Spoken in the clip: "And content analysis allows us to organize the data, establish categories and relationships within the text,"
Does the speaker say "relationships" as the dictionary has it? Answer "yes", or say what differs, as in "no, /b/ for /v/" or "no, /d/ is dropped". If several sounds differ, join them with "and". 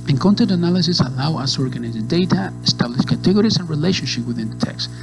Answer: no, /s/ is dropped